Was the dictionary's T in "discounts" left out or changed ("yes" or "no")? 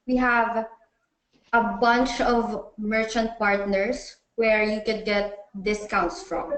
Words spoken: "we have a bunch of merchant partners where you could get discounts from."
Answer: no